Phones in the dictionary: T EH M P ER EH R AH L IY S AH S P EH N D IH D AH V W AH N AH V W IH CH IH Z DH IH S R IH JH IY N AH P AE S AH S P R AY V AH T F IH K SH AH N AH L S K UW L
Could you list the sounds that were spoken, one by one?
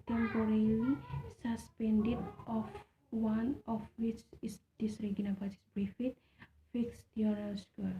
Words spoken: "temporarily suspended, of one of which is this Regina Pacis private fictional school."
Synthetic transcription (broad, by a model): T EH M P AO R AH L IY S AH S P EH N D IH D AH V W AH N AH F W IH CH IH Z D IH S R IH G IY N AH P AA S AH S B R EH F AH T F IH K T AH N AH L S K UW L